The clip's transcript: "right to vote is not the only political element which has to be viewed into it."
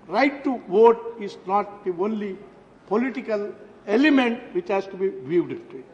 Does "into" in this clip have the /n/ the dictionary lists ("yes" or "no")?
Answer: no